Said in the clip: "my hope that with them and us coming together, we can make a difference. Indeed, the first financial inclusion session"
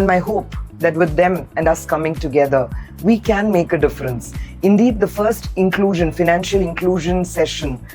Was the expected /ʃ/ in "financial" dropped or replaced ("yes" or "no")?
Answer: no